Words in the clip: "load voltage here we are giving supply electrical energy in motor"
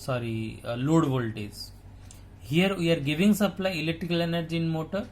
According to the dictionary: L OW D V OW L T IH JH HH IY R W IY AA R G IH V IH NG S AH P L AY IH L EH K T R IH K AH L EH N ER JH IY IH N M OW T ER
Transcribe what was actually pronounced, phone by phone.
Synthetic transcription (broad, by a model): L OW D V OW L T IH Z HH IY R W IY AA R G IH V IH NG S AH P L AY IH L EH K T R IH K AH L EH N ER JH IY N M OW T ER